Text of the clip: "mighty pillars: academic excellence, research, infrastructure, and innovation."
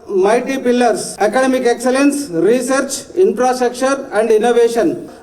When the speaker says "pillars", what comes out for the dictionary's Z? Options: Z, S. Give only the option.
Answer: S